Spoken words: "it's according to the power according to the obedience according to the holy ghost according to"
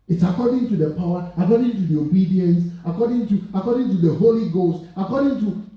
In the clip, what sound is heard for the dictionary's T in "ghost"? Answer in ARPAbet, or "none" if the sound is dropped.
T